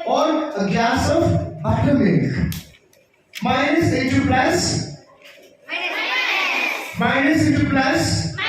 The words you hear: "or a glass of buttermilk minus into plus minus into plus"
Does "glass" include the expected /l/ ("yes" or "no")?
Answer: no